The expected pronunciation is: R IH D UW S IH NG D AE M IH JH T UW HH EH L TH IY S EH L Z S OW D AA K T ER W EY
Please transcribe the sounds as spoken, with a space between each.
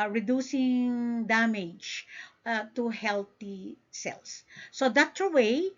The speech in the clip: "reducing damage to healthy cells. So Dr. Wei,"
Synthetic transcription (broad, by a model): R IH D UW S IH NG D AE M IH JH T UW HH EH L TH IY S EH L S OW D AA T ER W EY